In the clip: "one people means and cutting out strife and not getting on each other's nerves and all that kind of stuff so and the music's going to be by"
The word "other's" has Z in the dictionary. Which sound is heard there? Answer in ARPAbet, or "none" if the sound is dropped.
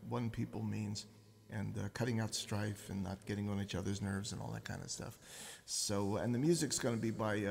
Z